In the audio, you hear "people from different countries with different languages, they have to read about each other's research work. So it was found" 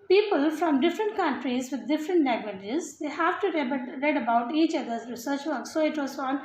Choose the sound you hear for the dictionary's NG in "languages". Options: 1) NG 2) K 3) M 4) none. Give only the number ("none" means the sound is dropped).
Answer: 4